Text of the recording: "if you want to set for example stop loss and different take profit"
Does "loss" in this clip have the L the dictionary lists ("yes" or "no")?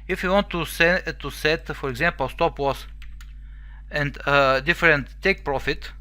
no